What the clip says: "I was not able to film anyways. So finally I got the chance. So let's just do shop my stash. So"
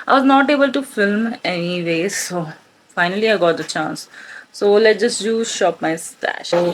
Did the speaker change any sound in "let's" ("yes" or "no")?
yes